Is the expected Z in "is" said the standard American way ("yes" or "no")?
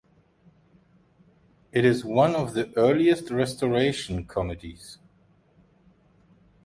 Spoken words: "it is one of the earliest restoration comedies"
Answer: yes